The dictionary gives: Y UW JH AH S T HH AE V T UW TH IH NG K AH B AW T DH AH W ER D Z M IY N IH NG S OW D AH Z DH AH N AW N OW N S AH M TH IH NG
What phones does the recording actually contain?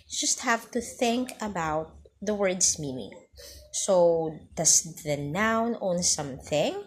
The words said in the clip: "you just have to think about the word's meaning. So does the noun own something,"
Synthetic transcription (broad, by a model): JH AH S T HH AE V T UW TH IH NG K AH B AW T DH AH W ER D S M IY N IH NG S OW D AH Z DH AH N AW N OW N S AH M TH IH NG